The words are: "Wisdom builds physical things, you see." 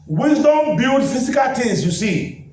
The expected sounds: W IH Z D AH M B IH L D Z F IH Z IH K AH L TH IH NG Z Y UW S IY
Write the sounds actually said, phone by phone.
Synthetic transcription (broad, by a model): W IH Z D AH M B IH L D F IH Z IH K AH L T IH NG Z Y UW S IY